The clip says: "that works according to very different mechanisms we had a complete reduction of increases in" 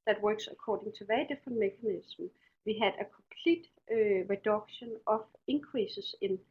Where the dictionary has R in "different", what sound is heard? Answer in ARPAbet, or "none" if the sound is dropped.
none